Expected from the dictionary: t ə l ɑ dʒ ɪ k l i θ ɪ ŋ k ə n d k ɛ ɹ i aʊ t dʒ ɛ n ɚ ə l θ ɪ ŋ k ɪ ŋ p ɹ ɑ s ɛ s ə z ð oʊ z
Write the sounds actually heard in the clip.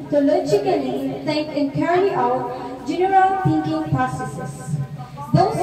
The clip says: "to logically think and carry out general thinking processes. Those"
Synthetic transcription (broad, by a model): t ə l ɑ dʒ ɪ k l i t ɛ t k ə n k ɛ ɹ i aʊ t dʒ ɛ n ɚ ə l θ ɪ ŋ k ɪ ŋ p ɹ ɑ s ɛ s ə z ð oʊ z